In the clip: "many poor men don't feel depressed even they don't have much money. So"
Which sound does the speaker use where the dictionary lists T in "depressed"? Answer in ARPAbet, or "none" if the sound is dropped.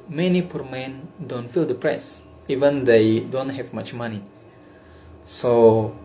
none